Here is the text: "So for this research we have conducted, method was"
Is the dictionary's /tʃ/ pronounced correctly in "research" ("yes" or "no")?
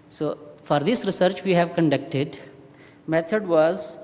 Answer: yes